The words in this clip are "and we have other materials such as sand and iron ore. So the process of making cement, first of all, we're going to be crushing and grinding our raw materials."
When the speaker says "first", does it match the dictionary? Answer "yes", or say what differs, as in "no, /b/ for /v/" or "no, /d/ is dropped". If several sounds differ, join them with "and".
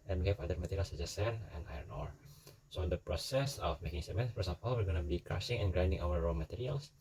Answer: no, /t/ is dropped